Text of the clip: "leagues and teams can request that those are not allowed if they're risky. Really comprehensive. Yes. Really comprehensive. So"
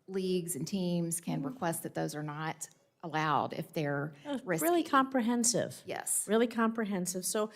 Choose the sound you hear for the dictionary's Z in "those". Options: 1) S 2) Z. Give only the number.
2